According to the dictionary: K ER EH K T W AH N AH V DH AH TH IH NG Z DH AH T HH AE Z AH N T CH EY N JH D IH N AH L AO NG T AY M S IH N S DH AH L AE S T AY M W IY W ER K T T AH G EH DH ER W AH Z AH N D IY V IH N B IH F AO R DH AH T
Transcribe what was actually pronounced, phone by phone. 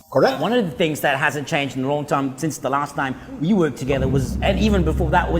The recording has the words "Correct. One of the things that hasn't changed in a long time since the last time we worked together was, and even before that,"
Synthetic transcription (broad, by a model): K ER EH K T W AH N AH V DH AH TH IH NG Z DH AH T HH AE Z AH N CH EY N JH D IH N AH L AO NG T AY M S IH N S DH AH L AE S T AY M W IY W ER K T T AH G EH DH ER W AH Z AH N IY V IH N B IH F AO R DH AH T